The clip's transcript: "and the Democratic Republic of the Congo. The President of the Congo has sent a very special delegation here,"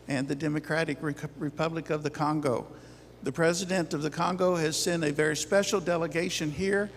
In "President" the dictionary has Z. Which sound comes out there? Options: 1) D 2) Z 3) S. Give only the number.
2